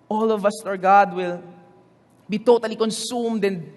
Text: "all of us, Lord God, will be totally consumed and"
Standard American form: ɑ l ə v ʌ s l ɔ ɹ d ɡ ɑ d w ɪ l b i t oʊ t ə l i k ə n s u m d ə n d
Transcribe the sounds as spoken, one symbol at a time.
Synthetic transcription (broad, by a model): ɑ l ə v ʌ s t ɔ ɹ ɡ ɑ d w ɪ l b i t oʊ t ə l i k ə n s u m d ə n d